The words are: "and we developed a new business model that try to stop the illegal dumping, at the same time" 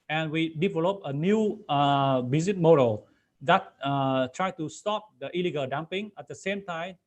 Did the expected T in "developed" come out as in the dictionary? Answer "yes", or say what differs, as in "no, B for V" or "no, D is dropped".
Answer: no, T is dropped